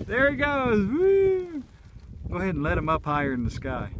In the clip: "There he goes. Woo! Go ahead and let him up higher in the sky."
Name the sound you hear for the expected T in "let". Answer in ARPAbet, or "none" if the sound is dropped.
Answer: T